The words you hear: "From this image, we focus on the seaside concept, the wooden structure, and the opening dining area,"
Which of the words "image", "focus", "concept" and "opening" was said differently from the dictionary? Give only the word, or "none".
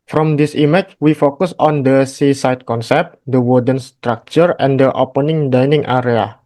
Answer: image